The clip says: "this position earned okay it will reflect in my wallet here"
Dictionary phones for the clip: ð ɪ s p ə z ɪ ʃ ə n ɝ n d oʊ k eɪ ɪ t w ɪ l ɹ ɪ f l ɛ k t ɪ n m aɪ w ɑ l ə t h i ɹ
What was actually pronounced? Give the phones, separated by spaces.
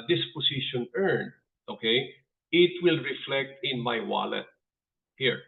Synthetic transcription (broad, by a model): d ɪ s p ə s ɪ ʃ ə n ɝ n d oʊ k eɪ ɪ t w ɪ l ɹ ɪ f l ɛ k t ɪ n m aɪ w ɑ l ə t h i ɹ